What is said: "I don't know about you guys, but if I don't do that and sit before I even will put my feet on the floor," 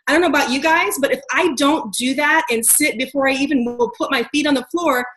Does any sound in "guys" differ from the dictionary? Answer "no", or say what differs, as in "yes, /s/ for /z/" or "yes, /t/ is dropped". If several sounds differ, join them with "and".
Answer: no